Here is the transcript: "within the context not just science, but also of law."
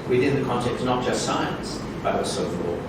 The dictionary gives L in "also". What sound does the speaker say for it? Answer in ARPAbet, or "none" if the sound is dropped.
none